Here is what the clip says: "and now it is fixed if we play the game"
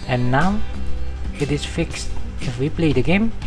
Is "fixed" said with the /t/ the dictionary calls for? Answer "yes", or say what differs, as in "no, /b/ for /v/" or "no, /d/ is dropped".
yes